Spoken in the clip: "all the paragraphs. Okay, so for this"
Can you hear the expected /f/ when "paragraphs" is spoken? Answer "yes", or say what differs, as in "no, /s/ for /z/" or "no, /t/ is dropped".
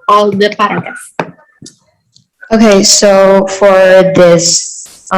no, /f/ is dropped